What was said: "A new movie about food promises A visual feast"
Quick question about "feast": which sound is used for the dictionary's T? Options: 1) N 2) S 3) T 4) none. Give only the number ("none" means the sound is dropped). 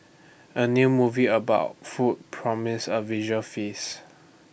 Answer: 4